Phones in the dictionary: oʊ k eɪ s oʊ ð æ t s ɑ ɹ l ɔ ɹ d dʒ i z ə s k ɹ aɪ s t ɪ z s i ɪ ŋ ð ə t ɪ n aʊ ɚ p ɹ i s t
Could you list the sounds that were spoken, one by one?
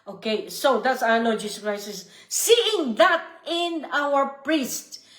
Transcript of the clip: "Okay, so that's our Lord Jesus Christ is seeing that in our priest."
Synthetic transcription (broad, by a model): oʊ k eɪ s oʊ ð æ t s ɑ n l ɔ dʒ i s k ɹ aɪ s ɪ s s i ɪ ŋ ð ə t ɪ n aʊ ɚ p ɹ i s t